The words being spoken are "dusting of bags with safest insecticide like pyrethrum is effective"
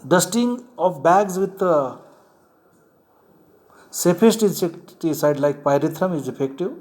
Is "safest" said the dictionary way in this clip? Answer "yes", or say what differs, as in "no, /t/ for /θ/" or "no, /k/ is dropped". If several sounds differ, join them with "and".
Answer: no, /p/ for /f/